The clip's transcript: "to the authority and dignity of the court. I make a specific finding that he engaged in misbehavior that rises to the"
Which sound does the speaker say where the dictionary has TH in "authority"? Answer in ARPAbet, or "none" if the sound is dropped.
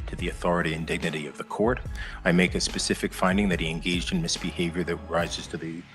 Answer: TH